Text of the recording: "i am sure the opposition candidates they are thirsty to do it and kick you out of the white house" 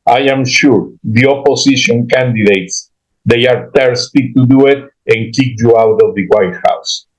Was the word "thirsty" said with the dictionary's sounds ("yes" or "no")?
no